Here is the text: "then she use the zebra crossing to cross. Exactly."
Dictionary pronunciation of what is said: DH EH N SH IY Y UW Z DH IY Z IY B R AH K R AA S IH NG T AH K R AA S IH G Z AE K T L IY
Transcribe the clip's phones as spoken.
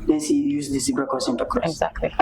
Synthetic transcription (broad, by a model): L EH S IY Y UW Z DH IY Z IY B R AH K AA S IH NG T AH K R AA IH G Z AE K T L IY